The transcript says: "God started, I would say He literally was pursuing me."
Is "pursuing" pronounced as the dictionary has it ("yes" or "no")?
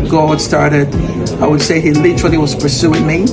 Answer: yes